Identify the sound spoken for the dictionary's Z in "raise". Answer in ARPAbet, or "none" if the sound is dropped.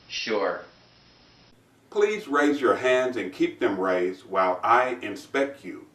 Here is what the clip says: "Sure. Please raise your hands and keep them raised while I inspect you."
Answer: Z